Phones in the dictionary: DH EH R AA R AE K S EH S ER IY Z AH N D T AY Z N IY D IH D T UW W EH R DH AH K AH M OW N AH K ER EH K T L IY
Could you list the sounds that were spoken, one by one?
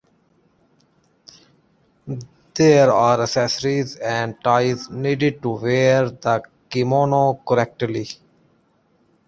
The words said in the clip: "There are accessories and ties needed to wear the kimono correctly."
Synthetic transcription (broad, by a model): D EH R AA R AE S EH S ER IY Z AH N D T AY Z N IY D IH D T UW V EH R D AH K AH M OW N AH K ER EH K T L IY